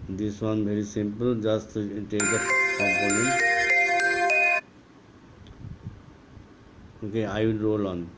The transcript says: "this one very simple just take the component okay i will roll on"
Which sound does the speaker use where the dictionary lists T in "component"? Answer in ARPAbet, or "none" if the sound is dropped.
none